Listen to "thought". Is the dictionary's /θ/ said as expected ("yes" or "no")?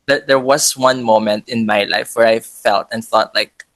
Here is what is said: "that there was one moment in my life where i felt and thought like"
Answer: yes